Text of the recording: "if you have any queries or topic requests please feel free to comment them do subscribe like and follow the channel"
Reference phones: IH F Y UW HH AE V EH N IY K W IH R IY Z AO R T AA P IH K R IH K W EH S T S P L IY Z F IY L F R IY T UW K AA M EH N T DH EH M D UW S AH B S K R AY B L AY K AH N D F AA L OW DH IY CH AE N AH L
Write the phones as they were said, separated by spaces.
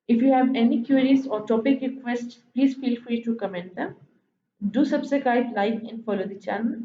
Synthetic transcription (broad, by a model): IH F Y UW HH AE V EH N IY K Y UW R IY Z AO R T AA P IH K R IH K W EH S T S P L IY Z F IY L F R IY T UW K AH M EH N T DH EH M D UW S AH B S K AY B L AY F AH N F AA L OW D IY CH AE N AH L